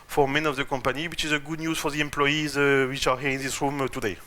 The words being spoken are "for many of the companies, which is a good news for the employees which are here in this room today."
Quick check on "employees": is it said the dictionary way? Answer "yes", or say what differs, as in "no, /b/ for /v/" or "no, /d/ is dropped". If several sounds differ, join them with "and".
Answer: yes